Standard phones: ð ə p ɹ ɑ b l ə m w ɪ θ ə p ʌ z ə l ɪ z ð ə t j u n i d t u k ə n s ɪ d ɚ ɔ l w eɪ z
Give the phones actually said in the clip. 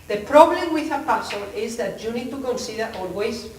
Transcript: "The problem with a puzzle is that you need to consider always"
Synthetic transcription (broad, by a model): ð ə p ɹ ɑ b l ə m w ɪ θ ə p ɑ s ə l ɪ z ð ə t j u n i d t u k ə n s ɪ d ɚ ɔ l w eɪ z